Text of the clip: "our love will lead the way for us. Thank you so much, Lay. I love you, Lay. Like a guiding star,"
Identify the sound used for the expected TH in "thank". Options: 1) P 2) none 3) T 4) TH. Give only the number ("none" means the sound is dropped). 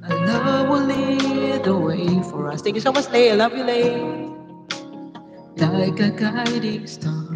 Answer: 3